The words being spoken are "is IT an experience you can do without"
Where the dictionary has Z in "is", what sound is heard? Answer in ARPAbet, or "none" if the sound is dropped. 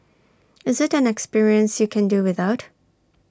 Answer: Z